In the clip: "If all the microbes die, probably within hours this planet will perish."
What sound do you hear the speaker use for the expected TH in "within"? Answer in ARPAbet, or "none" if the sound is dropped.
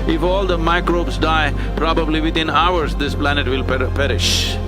T